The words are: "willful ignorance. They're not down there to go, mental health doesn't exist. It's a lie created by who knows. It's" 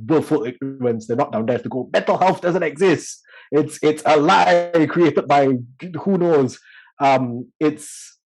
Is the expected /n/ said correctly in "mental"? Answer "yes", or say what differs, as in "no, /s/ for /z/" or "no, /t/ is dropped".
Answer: no, /n/ is dropped